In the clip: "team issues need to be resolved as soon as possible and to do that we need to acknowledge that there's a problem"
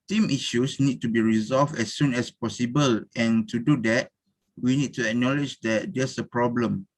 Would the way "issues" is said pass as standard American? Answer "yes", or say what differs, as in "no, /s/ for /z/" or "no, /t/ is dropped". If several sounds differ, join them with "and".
no, /s/ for /z/